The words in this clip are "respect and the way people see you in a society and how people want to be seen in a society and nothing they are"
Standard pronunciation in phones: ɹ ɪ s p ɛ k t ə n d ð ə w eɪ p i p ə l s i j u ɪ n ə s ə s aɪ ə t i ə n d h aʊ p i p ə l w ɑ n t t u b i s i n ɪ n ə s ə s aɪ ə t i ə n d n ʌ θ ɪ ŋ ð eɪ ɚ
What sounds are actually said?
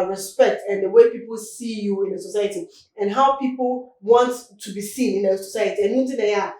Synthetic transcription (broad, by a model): ɹ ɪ s p ɛ k t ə n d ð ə w eɪ p i p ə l s i j u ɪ n ə s ə s aɪ ə t i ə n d h aʊ p i p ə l w ɑ n t t u b i s i n ɪ n ə s ə s aɪ ə t i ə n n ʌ t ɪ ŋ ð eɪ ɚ